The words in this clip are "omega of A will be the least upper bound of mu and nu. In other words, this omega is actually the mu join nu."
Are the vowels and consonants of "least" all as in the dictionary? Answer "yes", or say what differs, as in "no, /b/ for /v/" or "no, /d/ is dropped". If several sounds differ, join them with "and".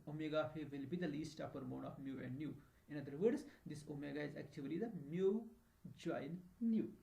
yes